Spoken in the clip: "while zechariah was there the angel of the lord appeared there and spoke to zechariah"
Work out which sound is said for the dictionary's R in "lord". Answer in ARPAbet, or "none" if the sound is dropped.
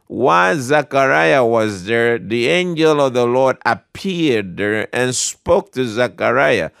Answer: R